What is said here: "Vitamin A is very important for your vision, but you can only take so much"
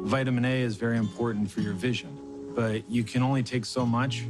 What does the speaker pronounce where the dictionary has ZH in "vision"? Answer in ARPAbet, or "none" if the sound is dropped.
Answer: ZH